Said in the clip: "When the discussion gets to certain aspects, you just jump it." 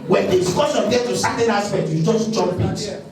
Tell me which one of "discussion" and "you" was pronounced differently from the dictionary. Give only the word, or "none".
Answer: discussion